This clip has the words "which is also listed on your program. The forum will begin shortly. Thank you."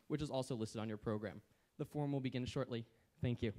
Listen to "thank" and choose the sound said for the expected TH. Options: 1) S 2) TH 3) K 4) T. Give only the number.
2